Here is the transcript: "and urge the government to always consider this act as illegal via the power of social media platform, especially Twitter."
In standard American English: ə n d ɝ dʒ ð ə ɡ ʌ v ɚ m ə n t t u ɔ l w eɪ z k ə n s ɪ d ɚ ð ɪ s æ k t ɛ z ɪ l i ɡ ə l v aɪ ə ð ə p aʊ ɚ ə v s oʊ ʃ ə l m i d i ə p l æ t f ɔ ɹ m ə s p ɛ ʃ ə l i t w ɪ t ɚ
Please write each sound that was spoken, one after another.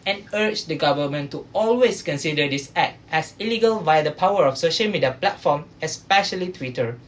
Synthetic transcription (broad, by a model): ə n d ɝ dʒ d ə ɡ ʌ v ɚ m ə n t t u ɔ l w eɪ s k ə n s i d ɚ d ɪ s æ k t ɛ s ɪ l i ɡ ə l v aɪ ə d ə p aʊ ɚ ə f s oʊ ʃ ə l m i d i ə p l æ t f ɔ m ə s p ɛ ʃ ə l i t w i t ɚ